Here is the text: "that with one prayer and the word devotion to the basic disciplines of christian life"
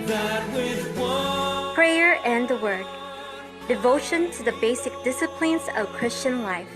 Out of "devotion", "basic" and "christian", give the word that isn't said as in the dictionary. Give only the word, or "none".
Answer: none